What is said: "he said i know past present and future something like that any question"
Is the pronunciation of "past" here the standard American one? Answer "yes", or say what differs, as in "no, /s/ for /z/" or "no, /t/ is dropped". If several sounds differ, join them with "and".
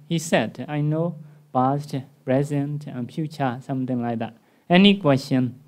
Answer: no, /b/ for /p/